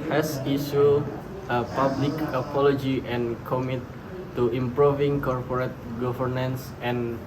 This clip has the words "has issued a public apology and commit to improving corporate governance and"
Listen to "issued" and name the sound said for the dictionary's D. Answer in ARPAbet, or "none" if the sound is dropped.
none